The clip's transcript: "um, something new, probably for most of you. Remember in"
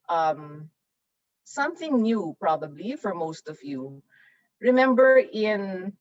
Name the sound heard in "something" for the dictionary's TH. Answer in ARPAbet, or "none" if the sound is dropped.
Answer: TH